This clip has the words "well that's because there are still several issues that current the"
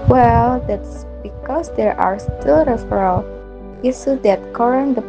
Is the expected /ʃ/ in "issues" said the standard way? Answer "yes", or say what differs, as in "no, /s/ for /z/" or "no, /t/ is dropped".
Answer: no, /s/ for /ʃ/